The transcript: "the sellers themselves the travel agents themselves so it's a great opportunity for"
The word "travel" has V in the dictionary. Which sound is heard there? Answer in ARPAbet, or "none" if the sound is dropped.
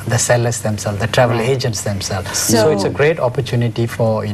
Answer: V